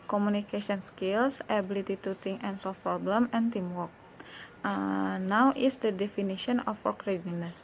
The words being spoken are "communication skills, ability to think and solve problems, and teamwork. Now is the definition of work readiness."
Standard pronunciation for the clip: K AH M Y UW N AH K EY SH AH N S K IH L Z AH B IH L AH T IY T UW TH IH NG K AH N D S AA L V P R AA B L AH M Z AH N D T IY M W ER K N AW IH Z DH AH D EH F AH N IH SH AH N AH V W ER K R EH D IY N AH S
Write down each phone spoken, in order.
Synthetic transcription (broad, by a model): K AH M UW N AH K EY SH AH N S K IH L S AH B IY L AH T IY T UW T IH NG AH N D S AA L F P R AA B L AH M AH N T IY M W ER K N AW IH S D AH D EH F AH N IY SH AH N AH F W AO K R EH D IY N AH S